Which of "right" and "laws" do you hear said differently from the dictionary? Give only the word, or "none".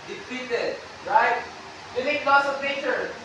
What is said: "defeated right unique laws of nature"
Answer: laws